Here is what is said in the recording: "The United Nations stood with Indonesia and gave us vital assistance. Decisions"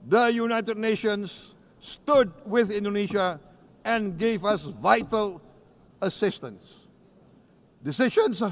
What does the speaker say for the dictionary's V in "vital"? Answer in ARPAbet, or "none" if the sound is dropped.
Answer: V